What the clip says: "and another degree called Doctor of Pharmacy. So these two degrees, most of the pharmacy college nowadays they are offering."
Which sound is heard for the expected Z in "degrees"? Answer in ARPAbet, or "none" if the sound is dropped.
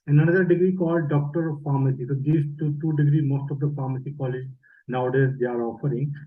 none